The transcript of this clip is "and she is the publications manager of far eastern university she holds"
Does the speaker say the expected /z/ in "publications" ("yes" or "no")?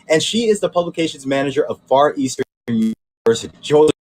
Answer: yes